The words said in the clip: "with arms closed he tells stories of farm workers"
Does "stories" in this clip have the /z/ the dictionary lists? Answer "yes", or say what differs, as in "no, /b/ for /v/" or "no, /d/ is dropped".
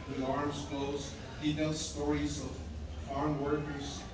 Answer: yes